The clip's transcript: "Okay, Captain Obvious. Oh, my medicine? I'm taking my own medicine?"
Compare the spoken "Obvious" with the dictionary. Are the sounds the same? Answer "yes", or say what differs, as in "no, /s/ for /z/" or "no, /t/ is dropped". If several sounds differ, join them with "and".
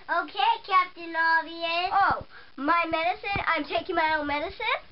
no, /b/ is dropped and /s/ is dropped